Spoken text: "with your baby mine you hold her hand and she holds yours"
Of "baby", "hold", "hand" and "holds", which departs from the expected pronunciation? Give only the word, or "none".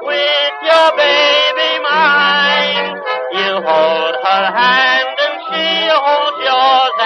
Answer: holds